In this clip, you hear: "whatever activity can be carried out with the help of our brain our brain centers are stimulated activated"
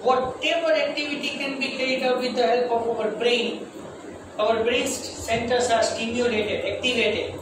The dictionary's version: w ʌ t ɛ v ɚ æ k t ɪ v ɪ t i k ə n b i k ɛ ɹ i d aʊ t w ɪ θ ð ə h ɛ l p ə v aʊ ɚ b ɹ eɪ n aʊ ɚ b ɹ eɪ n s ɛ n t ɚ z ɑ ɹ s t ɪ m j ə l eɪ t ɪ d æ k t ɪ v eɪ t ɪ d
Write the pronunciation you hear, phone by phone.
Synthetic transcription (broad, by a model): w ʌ t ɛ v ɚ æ k t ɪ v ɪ t i k ə n b i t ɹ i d aʊ t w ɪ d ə h ɛ l p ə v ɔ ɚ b ɹ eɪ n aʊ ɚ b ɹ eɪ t s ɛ n t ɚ s ɑ ɹ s t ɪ m j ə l eɪ t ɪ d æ k t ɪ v eɪ t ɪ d